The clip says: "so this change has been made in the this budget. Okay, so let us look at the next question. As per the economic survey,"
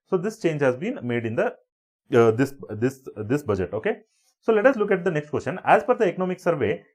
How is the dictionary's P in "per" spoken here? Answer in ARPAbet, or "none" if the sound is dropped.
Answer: F